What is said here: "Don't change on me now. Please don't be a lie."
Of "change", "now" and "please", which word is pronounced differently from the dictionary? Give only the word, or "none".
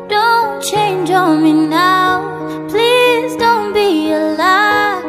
none